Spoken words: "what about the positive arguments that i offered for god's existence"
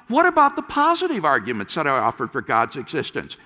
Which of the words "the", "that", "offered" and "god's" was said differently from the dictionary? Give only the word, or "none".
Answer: none